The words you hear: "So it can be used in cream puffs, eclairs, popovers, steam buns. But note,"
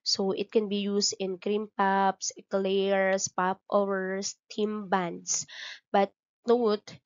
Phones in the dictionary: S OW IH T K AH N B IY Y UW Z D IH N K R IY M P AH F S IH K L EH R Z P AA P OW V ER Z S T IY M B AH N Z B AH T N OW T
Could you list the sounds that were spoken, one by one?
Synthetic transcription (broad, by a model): S OW IH T K AH N B IY Y UW S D IH N K R IY M P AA P S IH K L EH R S P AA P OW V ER S T IY M B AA N S B AH T N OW T